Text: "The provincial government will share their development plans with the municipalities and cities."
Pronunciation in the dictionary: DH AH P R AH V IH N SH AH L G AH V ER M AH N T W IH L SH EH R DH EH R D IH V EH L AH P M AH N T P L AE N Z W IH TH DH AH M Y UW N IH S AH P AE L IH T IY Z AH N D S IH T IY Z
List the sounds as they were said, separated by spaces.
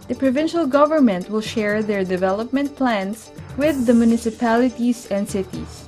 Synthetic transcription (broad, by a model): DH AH P R AH V IH N SH AH L G AH V ER M AH N T W IH L SH EH R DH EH R D IH V EH L AH P M AH N T P L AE N S W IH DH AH M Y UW N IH S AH P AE L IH T IY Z AH N D S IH T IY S